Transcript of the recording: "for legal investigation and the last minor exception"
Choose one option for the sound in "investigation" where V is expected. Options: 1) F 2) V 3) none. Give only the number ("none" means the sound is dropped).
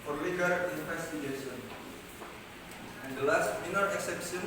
1